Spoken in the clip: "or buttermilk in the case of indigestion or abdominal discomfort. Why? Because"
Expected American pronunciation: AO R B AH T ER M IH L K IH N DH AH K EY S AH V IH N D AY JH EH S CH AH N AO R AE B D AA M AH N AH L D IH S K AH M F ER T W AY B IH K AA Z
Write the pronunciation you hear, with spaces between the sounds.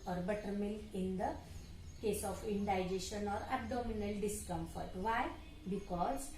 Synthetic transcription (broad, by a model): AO R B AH T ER M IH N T IH N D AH K EY S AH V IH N D AY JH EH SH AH N AO R AE B D AA M AH N AH L D IH S K AH M F ER T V AY B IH K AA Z